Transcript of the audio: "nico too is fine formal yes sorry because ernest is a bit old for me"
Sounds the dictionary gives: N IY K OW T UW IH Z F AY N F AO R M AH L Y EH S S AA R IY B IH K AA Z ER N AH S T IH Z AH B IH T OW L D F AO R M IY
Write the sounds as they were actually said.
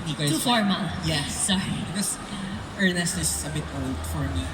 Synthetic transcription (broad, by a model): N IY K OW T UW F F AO R M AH N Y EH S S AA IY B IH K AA S ER N AH S T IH S AH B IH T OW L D F AO R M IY